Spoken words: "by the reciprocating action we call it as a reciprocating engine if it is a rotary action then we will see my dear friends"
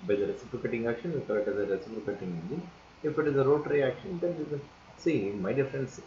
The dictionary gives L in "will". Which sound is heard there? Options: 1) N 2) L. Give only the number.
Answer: 1